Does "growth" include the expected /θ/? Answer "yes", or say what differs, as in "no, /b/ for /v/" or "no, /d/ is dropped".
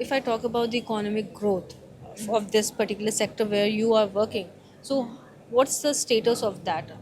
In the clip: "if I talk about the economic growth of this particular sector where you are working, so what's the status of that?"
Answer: no, /t/ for /θ/